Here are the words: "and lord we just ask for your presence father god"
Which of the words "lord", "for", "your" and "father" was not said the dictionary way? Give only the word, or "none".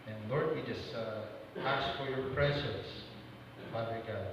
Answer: father